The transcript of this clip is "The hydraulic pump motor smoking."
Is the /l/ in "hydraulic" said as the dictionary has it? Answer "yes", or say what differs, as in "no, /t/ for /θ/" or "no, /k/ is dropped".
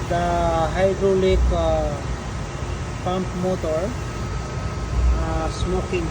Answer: yes